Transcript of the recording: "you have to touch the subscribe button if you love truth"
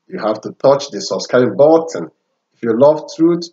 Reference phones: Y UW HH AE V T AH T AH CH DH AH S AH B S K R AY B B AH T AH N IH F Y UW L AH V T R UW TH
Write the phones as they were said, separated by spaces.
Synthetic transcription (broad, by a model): Y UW HH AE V T AH T AH CH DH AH S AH S K AY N B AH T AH N IH F Y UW L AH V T R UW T